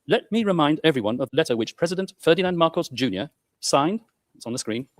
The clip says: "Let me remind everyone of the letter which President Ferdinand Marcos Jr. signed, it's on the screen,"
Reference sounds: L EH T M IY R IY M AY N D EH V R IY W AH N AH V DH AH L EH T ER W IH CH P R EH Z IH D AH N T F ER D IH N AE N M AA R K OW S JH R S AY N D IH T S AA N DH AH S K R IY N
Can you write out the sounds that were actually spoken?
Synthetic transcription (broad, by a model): L EH T M IY R IY M AY N D EH V R IY W AH N AH V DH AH L EH T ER W IH CH P R EH Z IH D AH N T F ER D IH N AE N M AA R K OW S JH R S AY N D IH T S N DH AH S K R IY N